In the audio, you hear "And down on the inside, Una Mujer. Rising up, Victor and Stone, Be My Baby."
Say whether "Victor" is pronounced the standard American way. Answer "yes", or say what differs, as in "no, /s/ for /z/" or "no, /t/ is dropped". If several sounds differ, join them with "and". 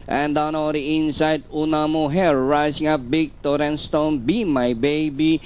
no, /b/ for /v/